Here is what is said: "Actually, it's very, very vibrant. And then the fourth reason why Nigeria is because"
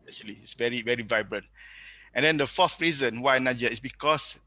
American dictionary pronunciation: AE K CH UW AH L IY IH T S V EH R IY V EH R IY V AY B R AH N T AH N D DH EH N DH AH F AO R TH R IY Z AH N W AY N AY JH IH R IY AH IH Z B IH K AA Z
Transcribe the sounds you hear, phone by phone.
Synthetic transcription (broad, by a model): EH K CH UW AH L IY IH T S V EH R IY V EH R IY V AY B R AH N T AH N D EH N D AH F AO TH R IY Z AH N W AY N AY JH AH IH S B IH K AA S